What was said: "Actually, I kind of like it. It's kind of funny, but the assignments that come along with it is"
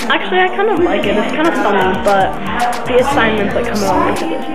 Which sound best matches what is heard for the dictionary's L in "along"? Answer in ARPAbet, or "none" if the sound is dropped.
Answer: none